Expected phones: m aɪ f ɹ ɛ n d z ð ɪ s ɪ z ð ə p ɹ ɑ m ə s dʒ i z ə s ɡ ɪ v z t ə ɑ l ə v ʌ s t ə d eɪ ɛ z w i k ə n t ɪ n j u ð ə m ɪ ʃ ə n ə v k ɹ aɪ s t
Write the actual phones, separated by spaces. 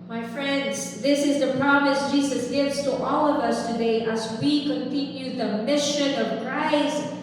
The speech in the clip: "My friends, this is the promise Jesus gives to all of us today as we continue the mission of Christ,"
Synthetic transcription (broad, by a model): m aɪ f ɹ ɛ n d z ð ɪ s ɪ z ð ə p ɹ ɑ m ə s dʒ i z ə s ɡ ɪ v z t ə ɑ l ə v ʌ s t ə d eɪ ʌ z w i k ə n t ɪ n j u ð ə m ɪ ʃ ə n ə v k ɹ aɪ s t